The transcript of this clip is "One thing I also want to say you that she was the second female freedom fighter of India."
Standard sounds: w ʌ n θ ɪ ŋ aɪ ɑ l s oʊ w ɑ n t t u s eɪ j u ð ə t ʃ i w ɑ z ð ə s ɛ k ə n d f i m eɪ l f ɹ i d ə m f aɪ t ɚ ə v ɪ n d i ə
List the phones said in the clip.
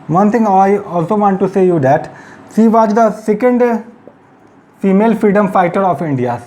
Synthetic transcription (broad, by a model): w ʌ n t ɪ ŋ aɪ ɑ l s oʊ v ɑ n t t u s eɪ j u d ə t s i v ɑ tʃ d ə s ɛ k ə n d f i m eɪ l f ɹ i d ə m f aɪ t ɚ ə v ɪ n d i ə